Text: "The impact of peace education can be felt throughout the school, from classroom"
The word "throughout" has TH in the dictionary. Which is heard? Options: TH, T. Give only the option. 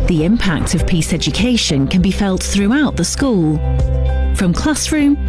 TH